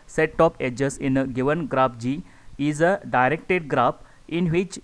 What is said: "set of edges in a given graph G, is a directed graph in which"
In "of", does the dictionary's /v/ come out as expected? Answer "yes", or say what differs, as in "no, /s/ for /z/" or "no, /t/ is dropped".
no, /p/ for /v/